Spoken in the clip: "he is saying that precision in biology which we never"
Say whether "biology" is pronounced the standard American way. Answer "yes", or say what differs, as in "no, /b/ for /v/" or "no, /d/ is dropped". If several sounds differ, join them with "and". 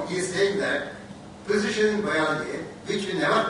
no, /dʒ/ is dropped